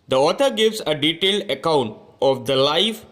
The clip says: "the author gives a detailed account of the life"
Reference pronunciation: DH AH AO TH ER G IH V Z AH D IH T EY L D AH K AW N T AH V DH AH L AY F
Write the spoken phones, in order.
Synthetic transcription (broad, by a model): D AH AO T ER G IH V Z AH D IH T EY L D AH K AW N T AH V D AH L AY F